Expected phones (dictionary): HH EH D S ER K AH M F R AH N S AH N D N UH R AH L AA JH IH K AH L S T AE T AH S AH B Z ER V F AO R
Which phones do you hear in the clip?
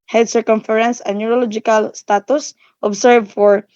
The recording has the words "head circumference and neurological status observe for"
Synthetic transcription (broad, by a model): HH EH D S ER K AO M F R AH N S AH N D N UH R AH L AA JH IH K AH L S T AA T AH S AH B S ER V F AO R